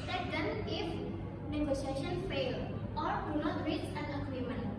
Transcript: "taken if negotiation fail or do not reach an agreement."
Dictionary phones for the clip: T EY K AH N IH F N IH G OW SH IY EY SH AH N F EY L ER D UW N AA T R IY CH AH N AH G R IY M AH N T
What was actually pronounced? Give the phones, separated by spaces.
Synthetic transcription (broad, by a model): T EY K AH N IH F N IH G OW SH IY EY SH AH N F EY L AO D UW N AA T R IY S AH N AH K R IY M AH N